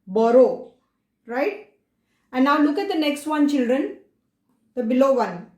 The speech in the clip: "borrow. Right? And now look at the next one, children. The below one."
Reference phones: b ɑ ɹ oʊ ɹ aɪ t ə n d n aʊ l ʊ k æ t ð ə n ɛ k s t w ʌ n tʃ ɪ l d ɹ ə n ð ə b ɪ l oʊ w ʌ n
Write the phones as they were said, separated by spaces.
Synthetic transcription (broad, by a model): b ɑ ɹ oʊ ɹ aɪ t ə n n aʊ l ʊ k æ t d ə n ɛ k s t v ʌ n tʃ ɪ l d ɹ ə n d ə b ɪ l oʊ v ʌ n